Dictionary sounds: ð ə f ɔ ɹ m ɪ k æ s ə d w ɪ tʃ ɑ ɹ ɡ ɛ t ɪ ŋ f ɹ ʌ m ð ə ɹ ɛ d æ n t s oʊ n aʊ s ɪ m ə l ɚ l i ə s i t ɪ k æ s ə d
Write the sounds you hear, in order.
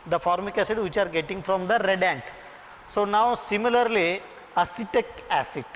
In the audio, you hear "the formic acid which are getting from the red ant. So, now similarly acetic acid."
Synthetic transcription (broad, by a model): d ə f ɔ ɹ m ɪ k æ s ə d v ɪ tʃ ɑ ɹ ɡ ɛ t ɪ ŋ f ɹ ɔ m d ə ɹ ɛ d æ n t s oʊ n aʊ s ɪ m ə l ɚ l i ə s i t ɪ k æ s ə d